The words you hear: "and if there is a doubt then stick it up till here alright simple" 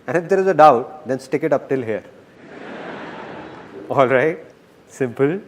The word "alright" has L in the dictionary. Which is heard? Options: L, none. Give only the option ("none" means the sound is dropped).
L